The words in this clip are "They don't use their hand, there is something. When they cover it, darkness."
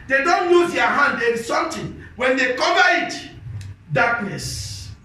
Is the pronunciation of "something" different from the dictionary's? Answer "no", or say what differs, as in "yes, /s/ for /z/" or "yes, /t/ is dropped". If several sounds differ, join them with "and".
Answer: yes, /t/ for /θ/